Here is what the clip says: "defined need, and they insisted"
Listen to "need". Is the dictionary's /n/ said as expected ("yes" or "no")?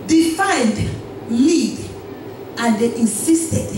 no